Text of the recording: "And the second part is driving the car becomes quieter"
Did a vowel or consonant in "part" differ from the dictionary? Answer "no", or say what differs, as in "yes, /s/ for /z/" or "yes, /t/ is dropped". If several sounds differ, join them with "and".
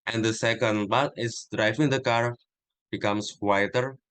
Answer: yes, /b/ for /p/